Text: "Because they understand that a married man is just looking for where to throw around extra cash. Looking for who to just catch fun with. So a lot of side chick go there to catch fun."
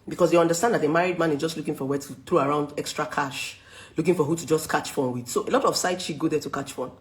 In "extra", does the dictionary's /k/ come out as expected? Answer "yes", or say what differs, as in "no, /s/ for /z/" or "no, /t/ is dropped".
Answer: yes